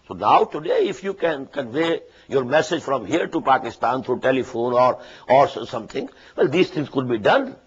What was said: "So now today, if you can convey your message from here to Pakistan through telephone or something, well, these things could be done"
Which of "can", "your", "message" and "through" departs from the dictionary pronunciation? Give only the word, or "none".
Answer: through